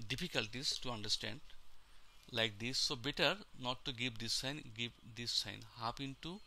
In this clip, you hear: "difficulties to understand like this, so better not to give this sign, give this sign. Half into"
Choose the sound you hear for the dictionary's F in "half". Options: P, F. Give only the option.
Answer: P